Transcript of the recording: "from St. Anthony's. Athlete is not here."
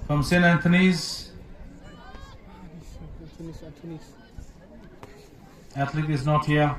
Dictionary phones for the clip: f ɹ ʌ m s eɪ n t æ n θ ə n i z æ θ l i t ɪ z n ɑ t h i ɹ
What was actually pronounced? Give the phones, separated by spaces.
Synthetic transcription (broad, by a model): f ɹ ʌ m s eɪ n æ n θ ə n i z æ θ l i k ɪ z n ɑ t h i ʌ